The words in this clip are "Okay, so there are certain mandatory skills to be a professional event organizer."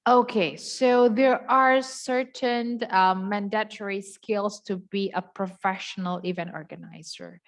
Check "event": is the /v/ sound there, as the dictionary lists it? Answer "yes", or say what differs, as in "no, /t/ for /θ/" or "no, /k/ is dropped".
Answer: yes